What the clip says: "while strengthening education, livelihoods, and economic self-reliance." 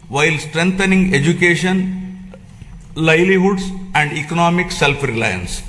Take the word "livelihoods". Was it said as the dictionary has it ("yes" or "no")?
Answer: no